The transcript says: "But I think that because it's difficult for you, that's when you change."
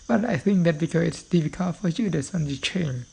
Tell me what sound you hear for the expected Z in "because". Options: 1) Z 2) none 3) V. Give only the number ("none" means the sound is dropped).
2